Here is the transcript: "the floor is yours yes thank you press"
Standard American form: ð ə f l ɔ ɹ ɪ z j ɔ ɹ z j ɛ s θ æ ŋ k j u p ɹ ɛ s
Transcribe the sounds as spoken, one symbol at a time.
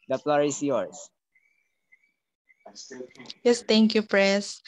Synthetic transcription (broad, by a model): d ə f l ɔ ɹ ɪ s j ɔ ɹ s j ɛ s t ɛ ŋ k j u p ɹ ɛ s